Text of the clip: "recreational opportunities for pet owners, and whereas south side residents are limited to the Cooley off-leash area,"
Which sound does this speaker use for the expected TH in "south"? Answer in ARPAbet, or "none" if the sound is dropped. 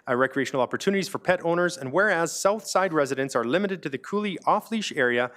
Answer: TH